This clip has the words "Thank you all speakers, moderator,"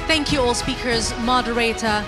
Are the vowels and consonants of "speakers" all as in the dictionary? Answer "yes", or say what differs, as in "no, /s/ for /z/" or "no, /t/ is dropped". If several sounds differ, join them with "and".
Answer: yes